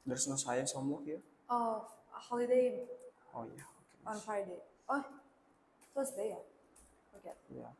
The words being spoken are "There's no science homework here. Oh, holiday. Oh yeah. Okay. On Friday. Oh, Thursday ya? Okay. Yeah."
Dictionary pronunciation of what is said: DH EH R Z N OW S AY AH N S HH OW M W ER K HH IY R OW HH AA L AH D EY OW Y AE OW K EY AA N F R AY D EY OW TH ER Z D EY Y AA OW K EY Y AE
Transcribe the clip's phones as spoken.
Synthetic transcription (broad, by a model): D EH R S N OW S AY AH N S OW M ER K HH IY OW HH AA L AH D EY OW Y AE OW K EY AA N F AY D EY OW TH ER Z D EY Y AA OW K EY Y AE